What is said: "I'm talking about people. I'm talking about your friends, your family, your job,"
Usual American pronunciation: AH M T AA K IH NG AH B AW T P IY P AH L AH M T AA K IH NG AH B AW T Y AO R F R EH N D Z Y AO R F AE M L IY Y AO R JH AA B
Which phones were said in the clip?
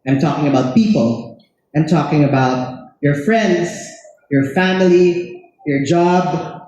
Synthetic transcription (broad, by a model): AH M T AA K IH NG AH B AW T P IY P AH L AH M T AA K IH NG AH B AW T Y AO R F R EH N D Z Y AO R F AE M L IY Y AO R JH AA B